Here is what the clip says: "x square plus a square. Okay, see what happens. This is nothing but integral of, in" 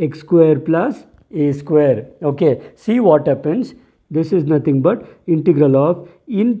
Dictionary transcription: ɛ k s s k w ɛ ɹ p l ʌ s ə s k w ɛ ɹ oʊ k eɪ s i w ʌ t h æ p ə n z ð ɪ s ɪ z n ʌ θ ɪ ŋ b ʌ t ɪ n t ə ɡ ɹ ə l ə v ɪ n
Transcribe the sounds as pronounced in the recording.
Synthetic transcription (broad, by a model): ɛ k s s k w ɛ ɹ p l ʌ s ə s k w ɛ ɹ oʊ k eɪ s i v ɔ t h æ p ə n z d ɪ s ɪ z n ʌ t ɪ ŋ b ʌ t ɪ n t ə ɡ ɹ ə l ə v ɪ n